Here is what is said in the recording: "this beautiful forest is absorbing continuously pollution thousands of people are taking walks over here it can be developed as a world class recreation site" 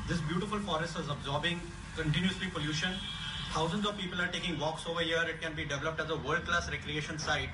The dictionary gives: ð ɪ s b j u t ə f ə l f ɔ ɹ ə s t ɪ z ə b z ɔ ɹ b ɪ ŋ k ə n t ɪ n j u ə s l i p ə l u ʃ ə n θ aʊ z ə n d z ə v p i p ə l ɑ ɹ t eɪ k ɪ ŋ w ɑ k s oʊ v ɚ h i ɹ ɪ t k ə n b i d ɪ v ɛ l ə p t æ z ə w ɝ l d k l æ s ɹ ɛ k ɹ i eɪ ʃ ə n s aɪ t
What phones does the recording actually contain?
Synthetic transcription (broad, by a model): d ɪ s b j u t ə f ə l f ɔ ɹ ə s t ɪ z ə b z ɔ ɹ b ɪ ŋ k ə n t ɪ n j u ə s l i p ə l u ʃ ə n t aʊ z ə n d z ə v p i p ə l ɑ ɹ t eɪ k ɪ ŋ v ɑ k s oʊ v ɚ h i ɹ ɪ t k ə n b i d ɪ v ɛ l ə p t æ z ə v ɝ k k l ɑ s ɹ ɛ k ɹ i eɪ ʃ ə n s aɪ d